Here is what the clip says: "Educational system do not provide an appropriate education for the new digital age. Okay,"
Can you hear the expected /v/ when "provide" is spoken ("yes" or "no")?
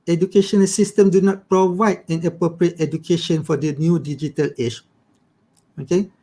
yes